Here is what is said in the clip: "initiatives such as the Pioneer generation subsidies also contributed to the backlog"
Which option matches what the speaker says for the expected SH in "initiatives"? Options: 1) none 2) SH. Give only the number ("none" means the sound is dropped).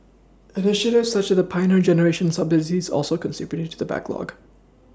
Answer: 2